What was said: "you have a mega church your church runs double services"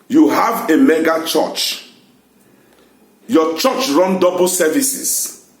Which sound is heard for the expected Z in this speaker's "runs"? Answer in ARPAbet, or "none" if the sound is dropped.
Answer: none